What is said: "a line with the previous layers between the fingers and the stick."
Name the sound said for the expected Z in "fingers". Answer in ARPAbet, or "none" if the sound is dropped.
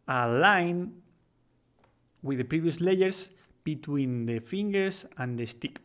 S